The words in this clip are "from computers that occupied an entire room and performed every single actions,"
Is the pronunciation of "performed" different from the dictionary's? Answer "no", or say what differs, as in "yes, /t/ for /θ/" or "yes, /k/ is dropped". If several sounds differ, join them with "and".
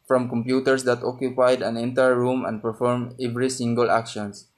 yes, /d/ is dropped